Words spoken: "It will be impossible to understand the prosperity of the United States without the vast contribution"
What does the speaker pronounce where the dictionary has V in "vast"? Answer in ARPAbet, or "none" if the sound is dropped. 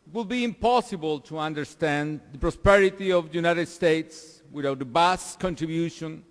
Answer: B